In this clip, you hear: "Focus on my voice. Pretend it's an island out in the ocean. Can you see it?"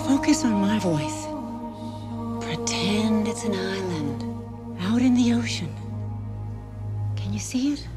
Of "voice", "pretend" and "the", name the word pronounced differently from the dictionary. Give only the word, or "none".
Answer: none